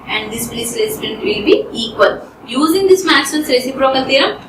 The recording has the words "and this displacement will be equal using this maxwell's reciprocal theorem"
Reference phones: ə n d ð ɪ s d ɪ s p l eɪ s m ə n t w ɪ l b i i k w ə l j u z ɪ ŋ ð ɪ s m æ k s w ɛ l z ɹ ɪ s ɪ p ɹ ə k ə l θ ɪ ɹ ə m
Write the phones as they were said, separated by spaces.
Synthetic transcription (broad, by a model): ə n d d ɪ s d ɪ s l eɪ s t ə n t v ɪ l b i i k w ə l j u z ɪ ŋ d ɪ s m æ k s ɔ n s ɹ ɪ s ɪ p ɹ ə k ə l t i ɹ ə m